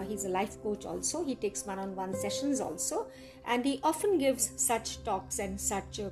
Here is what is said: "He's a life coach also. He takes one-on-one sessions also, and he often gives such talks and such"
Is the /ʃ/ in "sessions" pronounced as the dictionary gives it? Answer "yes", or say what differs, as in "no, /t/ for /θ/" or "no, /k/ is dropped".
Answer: yes